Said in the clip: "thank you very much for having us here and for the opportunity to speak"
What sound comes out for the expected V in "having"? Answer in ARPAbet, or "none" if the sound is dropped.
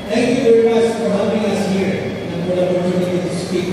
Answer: P